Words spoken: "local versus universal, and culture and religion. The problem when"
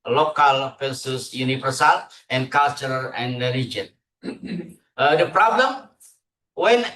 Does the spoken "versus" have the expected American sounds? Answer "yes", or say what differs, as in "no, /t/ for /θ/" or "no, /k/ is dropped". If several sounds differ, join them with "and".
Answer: no, /p/ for /v/